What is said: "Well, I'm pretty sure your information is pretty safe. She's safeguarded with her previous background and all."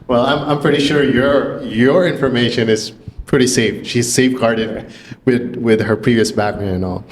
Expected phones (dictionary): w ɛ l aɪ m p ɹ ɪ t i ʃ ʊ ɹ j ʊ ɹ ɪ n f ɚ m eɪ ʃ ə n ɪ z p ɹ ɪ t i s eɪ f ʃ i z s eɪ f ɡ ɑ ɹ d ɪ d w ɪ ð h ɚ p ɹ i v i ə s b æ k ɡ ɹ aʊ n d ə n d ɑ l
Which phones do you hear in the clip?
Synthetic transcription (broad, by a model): w ɛ l aɪ m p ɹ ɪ t i ʃ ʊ ɹ j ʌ ɹ ɪ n f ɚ m eɪ ʃ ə n ɪ z p ɹ ɪ t i s eɪ f ʃ i z s eɪ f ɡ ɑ ɹ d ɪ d w ɪ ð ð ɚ p ɹ i v i ə s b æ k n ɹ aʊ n ə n ɑ l